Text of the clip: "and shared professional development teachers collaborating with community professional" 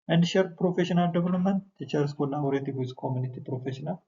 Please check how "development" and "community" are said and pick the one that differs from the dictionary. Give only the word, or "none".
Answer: development